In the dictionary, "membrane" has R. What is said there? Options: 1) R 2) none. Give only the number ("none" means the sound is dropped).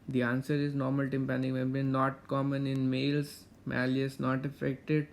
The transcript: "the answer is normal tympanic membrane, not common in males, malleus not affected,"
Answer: 2